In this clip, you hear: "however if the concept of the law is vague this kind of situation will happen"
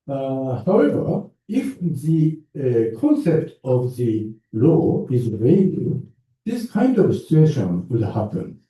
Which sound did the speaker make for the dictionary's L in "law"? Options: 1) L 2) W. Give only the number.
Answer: 1